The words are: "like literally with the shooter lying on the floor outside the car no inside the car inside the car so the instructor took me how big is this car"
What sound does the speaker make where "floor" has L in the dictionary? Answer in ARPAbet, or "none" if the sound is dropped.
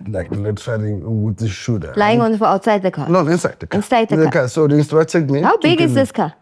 none